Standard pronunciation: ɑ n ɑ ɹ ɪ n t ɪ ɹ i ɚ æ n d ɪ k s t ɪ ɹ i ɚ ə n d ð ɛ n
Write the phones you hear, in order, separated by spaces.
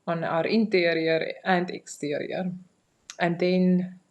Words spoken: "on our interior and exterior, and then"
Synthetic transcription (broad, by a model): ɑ n ɑ ɹ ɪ n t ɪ ɹ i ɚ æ n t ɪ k s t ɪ ɹ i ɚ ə n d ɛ n